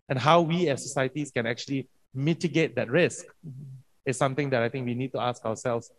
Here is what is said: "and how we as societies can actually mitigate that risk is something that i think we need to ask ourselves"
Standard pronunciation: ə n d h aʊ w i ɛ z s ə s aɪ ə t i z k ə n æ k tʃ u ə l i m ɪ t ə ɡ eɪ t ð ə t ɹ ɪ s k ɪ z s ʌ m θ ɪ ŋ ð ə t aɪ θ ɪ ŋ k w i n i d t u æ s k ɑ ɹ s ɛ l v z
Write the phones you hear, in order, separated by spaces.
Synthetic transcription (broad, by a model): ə n h aʊ w i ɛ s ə s aɪ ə t i s k ə n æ k tʃ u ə l i m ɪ t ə ɡ eɪ t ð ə t ɹ ɪ s k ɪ s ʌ m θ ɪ ŋ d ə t aɪ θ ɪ ŋ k w i n i d t u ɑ s k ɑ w s ɛ l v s